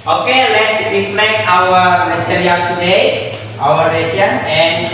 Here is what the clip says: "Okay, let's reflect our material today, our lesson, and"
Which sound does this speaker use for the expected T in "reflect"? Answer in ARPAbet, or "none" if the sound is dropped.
none